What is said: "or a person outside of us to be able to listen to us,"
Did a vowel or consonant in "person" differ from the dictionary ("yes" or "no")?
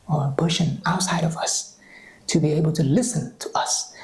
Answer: yes